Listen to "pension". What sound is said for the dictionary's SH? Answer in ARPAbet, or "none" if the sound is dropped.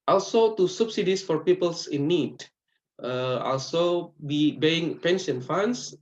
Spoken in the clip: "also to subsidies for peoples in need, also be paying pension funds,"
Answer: S